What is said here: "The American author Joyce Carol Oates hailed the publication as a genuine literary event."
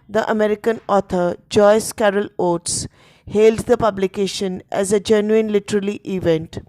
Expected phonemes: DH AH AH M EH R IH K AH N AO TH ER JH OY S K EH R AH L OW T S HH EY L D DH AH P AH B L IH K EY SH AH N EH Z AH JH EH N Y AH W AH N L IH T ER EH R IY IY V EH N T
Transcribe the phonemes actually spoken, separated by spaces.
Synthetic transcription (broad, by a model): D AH AH M EH R IH K AH N AO T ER JH OY S K EH R AH L OW T S HH EY L D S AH P AH B L IH K EY SH AH N EH Z AH JH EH N Y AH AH N L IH T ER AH L IY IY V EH N T